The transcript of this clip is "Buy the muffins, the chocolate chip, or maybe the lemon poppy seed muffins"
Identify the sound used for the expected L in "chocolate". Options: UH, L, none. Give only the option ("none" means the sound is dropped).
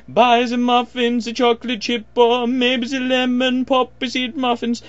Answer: L